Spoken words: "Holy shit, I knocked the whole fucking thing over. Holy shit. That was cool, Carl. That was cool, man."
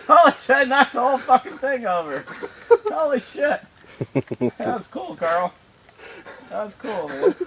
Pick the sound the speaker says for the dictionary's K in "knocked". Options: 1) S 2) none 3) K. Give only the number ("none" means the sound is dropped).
2